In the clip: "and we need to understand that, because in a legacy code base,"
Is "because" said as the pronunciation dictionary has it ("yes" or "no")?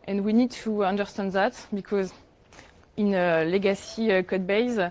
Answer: yes